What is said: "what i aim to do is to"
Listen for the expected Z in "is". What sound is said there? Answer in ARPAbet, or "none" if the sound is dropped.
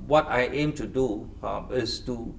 S